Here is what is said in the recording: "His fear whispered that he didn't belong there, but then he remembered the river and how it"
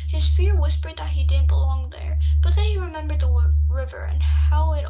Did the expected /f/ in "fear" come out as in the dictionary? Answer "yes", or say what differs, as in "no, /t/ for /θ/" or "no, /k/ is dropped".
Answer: yes